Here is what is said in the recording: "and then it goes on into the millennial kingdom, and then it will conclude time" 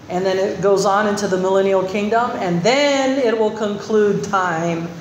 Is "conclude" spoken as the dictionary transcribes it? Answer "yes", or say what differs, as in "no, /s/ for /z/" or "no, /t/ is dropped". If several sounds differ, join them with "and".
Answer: yes